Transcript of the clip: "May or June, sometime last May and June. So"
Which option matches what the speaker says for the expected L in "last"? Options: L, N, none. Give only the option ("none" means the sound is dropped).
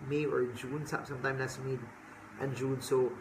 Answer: N